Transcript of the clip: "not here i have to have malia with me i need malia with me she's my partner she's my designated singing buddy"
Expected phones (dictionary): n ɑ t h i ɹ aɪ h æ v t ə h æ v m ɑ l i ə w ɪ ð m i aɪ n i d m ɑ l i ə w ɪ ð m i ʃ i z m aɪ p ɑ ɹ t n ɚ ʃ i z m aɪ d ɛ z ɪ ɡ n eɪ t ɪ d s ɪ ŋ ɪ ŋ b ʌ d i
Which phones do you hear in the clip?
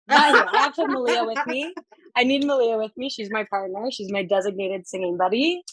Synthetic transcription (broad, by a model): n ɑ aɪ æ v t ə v m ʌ l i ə w ɪ ð m i aɪ n i d m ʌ l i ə w ɪ ð m i ʃ i z m aɪ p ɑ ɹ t n ɚ ʃ i z m aɪ d ɛ z ɪ ɡ n eɪ t ɪ d s ɪ ŋ ɪ ŋ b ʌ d i